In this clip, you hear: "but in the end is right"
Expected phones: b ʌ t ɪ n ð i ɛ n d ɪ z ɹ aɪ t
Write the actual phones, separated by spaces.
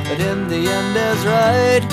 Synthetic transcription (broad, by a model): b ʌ t ɪ n ð i ɛ n d ɪ z ɹ aɪ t